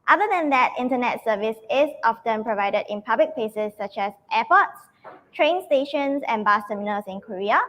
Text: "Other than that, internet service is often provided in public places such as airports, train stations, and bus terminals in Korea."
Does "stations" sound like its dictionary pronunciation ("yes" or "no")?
no